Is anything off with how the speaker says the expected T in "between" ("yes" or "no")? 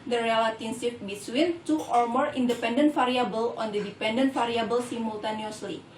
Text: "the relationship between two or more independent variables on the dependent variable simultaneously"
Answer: yes